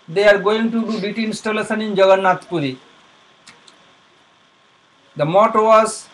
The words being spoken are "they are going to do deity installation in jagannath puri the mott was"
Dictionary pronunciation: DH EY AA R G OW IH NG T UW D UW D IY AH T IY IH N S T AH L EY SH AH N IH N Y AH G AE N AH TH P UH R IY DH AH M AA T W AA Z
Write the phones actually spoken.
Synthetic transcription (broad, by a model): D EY AA R G OW IH NG T UW D UW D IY T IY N S T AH L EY S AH N IH N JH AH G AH N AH T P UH R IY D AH M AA T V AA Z